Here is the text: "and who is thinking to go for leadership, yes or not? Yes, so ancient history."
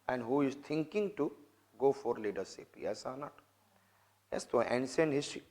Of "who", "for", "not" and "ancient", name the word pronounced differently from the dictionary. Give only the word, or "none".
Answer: ancient